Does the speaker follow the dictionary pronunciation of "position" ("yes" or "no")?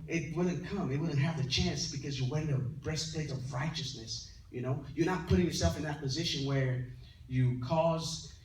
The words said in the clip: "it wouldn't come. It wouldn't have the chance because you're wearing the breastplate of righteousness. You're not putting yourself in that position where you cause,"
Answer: yes